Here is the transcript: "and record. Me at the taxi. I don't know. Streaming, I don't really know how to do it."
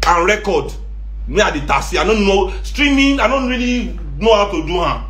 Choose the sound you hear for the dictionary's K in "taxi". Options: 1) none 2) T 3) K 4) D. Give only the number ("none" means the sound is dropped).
1